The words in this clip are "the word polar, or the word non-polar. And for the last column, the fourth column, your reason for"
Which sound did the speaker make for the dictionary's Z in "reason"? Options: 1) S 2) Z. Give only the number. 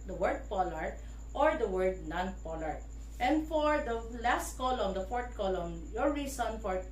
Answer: 1